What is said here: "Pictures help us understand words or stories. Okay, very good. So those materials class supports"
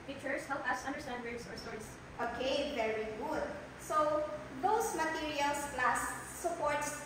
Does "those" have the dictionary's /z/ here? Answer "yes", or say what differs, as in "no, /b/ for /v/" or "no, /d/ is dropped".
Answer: no, /s/ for /z/